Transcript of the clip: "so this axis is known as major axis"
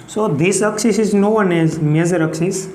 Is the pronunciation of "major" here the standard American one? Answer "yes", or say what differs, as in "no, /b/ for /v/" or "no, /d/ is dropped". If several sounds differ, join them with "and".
no, /z/ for /dʒ/